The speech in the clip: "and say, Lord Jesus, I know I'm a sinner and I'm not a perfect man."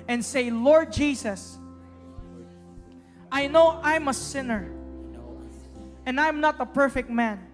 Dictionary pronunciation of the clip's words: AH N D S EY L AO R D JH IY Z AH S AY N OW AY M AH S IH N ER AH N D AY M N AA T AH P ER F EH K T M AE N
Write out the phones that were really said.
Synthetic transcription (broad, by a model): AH N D S EY L AO R D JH IY S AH S AY N OW AY M AH S IH N ER AH N D AY M N AA T AH P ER F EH K T M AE N